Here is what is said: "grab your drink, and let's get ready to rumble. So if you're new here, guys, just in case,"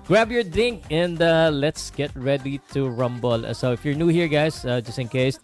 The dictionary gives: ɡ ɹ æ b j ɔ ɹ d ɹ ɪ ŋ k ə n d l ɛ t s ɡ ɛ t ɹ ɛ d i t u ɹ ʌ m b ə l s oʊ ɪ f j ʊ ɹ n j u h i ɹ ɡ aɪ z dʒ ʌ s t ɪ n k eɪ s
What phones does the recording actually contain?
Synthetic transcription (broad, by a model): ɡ ɹ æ b j ɔ ɹ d ɪ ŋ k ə n d l ɛ t s ɡ ɛ t ɹ ɛ d i t u ɹ ʌ m b ə l s oʊ ɪ f j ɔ ɹ n j u h i ɹ ɡ aɪ s dʒ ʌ s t ɪ n k eɪ s